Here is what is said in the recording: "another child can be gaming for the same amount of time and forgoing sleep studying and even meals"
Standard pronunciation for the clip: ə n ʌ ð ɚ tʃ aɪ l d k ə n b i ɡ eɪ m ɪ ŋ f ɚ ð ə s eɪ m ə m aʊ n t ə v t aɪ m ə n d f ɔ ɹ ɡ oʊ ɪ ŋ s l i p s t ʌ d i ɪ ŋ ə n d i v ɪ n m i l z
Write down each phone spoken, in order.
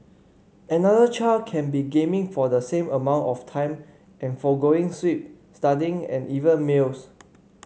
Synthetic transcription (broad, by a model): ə n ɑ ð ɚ tʃ aɪ l d k ə n b i ɡ eɪ m ɪ ŋ f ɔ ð ə s eɪ m ə m aʊ n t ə f t aɪ m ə n f ɔ ɡ oʊ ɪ ŋ s w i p s t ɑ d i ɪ ŋ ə n i v ɪ n m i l s